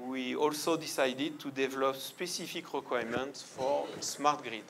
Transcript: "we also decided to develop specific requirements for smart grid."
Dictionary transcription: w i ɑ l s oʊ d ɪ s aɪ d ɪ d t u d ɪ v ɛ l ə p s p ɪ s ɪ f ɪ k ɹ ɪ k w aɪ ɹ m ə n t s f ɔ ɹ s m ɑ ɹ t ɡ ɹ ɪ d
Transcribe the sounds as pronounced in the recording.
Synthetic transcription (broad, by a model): w i ɑ l s oʊ d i s aɪ d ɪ d t u d ɪ v ɛ l ə p s p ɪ s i f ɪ k ɹ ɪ k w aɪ m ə n t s f ɔ ɹ s m ɑ ɹ t ɡ ɹ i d